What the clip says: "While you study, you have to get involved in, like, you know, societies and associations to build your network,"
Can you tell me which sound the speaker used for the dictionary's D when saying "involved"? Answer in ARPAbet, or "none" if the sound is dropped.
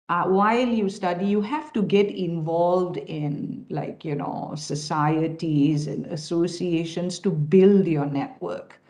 D